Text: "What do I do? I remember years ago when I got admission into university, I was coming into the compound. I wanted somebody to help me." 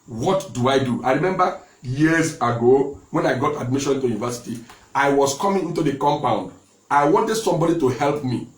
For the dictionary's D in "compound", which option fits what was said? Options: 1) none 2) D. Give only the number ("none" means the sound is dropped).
2